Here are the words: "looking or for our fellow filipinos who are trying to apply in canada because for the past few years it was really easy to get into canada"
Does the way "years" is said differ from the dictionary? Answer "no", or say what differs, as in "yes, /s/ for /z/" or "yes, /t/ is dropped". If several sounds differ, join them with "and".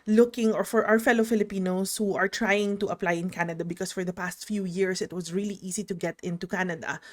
yes, /s/ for /z/